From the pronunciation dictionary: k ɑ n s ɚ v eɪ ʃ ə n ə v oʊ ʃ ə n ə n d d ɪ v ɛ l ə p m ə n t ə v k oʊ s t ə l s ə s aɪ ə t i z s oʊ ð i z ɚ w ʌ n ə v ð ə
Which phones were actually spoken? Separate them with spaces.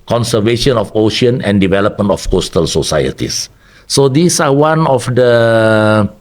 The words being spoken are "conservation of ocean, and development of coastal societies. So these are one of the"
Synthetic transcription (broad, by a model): k ɑ n s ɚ v eɪ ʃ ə n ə f oʊ ʃ ə n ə n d d ɪ v ɛ l ə p m ə n t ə f k oʊ s t ə l s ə s aɪ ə t i s oʊ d i s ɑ w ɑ n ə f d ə